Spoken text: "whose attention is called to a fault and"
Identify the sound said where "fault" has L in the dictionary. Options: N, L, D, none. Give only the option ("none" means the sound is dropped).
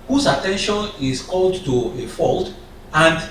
L